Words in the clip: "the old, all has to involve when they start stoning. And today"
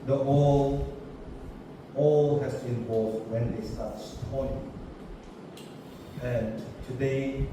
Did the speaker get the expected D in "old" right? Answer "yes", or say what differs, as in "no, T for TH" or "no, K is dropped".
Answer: no, D is dropped